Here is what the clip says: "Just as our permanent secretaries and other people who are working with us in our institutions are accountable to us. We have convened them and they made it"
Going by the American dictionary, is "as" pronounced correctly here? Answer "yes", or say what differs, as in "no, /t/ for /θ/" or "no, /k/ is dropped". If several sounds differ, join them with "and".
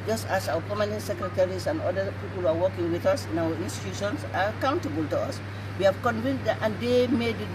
no, /s/ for /z/